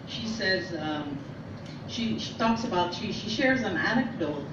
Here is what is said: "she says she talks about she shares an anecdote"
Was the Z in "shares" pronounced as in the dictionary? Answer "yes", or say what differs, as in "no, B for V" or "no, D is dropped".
yes